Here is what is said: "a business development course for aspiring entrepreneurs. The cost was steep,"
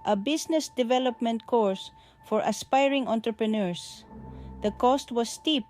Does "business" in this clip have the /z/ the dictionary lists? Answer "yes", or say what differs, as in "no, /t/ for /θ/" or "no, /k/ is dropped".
no, /s/ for /z/